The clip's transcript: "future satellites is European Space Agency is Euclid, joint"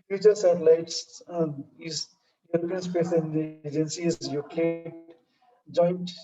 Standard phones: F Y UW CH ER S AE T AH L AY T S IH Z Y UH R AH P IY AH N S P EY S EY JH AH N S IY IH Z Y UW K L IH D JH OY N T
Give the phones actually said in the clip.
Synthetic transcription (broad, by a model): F Y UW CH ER S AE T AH L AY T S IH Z Y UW R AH P IY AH N S P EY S EY JH AH N S IY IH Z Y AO K IH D JH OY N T